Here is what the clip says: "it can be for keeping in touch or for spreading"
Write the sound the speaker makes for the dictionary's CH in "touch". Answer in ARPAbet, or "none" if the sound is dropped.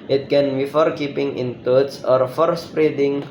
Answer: S